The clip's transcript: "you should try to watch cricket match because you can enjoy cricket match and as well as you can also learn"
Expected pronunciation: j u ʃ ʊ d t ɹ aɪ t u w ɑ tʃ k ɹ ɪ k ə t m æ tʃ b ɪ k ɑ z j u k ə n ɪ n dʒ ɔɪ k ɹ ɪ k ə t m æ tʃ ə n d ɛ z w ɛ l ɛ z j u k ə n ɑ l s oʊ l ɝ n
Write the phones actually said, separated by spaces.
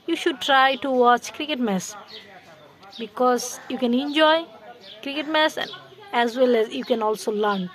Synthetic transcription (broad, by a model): j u ʃ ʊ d t ɹ aɪ t u w ɑ tʃ k ɹ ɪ k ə t m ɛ s b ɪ k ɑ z j u k ə n ɪ n dʒ ɔɪ k ɹ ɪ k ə t m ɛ s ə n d ɛ z w ɛ l ɛ z j u k ə n ɑ l s oʊ l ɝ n